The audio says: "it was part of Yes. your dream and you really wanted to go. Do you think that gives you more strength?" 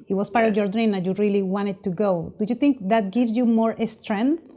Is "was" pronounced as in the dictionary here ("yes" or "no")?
no